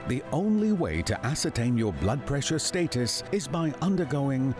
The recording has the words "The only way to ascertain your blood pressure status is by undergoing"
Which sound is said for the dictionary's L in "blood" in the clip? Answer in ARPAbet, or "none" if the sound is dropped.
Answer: L